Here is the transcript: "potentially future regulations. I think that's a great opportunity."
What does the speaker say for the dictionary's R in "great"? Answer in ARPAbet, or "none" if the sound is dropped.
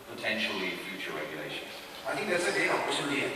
none